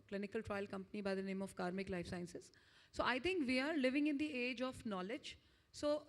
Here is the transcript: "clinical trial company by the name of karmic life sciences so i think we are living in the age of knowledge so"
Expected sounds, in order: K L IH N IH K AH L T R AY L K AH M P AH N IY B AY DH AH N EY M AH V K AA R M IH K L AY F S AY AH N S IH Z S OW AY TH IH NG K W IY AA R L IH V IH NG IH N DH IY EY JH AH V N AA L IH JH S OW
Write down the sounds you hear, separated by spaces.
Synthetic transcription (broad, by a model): K L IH N IH K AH L T R AY L K AH M P AH N IY B AY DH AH N EY M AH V K AA R M IH K L AY F S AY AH N S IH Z S OW AY T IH NG K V IY AA R L IH V IH NG IH N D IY EY JH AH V N AA L IH JH S OW